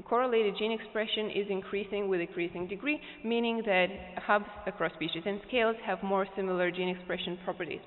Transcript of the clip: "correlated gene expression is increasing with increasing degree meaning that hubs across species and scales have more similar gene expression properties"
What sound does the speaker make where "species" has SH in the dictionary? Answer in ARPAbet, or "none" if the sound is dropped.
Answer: SH